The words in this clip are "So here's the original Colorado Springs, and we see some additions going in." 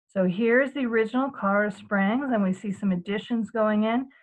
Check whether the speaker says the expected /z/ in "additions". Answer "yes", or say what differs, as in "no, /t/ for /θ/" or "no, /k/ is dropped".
yes